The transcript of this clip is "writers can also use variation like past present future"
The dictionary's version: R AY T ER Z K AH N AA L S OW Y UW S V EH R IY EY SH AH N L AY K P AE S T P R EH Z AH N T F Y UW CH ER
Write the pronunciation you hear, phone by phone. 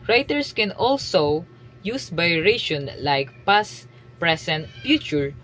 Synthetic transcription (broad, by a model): R AY T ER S K AH N AA L S OW Y UW S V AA R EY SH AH N L AY K P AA S P R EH S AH N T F Y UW CH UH